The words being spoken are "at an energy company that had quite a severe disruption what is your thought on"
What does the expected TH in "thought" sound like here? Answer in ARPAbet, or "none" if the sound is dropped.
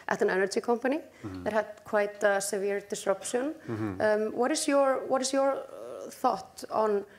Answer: TH